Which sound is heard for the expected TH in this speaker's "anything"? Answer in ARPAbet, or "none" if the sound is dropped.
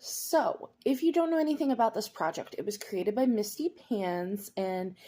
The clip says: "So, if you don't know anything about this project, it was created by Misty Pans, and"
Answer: TH